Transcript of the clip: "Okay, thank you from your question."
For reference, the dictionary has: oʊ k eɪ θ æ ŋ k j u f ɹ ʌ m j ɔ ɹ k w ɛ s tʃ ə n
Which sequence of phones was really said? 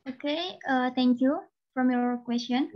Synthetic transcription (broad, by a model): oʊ k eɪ t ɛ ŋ k j u f ɹ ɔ m j ɔ ɹ k w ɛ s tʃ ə n